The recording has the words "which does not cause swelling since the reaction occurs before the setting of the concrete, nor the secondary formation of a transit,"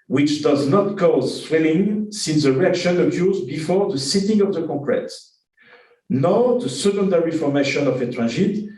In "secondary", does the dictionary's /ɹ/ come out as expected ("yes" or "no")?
yes